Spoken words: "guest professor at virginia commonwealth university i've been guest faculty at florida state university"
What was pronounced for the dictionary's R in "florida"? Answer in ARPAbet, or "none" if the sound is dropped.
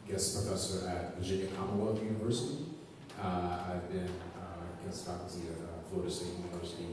none